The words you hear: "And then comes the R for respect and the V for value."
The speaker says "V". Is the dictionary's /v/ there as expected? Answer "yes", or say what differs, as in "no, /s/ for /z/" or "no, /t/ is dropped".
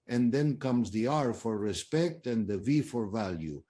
yes